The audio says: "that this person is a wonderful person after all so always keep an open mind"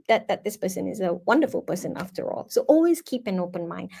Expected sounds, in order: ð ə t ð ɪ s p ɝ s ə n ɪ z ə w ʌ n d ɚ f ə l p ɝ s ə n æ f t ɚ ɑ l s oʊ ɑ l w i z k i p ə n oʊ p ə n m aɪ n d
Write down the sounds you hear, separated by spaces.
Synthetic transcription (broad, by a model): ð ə t ð ɪ s p ɝ s ə n ɪ z ə w ʌ n d ɚ f ə l p ɝ s ə n æ f t ɚ ɑ l s oʊ ɑ l w i z k i p ə n oʊ p ə n m aɪ n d